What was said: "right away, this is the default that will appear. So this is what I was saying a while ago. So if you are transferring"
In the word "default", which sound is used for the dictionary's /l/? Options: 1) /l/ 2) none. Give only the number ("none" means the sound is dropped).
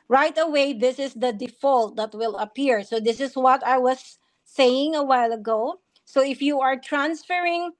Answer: 1